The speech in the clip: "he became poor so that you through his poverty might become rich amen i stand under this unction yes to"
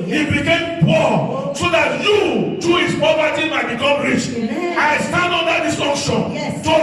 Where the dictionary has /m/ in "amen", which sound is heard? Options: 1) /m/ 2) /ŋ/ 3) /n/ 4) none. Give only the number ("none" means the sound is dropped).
4